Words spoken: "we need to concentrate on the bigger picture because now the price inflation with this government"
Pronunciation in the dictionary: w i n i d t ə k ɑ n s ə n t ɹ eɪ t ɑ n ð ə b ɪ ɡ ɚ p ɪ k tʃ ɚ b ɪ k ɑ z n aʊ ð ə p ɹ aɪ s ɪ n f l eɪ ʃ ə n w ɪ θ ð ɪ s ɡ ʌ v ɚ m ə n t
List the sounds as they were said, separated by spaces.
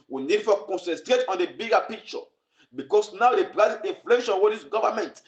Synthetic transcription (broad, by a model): w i n i d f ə k ɑ n s ə n t ɹ eɪ t ɑ n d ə b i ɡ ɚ p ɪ k tʃ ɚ b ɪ k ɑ s n aʊ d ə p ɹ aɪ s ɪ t f l eɪ ʃ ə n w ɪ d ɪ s ɡ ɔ v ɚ m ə n t